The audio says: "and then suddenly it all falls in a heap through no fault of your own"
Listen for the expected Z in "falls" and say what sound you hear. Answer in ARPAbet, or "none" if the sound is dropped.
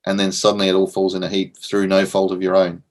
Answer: Z